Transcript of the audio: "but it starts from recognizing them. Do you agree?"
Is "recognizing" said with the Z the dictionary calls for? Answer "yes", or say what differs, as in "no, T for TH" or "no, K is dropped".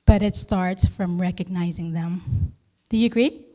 yes